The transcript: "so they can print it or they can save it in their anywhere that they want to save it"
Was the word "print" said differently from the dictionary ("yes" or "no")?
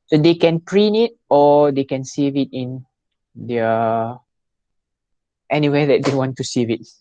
yes